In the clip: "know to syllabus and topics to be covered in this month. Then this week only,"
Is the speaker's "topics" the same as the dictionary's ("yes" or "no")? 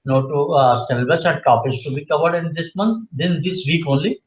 no